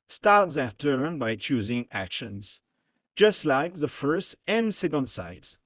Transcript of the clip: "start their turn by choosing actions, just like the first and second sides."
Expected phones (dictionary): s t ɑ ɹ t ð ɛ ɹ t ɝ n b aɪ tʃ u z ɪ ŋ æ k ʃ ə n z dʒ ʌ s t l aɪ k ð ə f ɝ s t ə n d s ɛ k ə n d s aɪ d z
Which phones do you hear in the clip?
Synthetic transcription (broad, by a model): s t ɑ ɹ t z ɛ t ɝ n b aɪ tʃ u z ɪ ŋ æ k ʃ ə n z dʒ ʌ s t l aɪ k ð ə f ɝ s t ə n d s ɛ k ə n d s aɪ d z